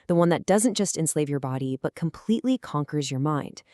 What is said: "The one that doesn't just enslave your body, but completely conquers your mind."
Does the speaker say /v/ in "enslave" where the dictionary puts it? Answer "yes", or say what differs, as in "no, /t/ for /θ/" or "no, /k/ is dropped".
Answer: yes